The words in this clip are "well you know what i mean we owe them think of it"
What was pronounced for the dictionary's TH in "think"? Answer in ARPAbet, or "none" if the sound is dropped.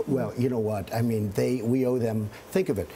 TH